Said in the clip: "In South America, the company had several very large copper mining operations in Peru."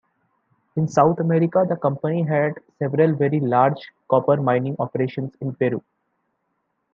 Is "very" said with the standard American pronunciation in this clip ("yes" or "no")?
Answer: yes